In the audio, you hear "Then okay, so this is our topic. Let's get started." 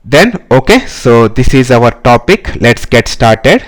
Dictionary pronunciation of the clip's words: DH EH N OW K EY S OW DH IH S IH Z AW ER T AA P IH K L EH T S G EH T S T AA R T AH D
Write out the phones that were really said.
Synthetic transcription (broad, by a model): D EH N OW K EY S OW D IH S IH Z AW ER T AA P IH K L EH T S G EH T S T AA R T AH D